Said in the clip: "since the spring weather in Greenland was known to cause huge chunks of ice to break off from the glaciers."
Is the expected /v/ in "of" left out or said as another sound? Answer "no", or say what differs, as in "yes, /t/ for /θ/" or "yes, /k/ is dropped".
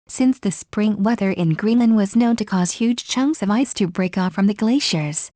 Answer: no